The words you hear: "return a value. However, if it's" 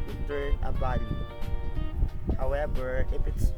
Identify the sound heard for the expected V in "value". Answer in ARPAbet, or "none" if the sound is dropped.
B